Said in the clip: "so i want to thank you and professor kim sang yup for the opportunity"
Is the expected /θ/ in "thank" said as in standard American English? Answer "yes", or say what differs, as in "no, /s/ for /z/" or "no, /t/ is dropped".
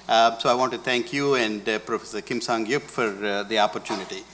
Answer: no, /t/ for /θ/